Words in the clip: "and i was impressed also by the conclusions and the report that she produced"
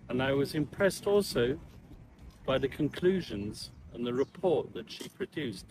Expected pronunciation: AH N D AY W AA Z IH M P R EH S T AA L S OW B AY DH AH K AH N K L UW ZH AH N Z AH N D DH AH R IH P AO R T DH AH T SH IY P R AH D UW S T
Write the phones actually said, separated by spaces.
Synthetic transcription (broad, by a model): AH N AY W AA Z IH M P R EH S T AA L S OW B AY DH AH K AH N K L UW ZH AH N Z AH N DH AH R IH P AO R T DH AH T SH IY P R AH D UW S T